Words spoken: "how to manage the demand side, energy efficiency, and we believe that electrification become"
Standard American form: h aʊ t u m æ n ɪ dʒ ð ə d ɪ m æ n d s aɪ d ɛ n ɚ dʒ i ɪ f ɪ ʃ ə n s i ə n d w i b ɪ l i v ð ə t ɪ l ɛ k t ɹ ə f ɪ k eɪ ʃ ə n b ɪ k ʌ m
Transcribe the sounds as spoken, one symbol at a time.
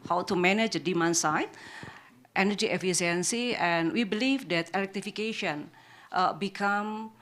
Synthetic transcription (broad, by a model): h aʊ t u m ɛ n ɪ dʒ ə d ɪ m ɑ n s aɪ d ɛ n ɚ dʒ i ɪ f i s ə n s i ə n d w i b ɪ l i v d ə t ɪ l ɛ k t ɹ ə f ɪ k eɪ ʃ ə n b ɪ k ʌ m